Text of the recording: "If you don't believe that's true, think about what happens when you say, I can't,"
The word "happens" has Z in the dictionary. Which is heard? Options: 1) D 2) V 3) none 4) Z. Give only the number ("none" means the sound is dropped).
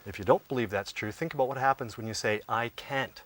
4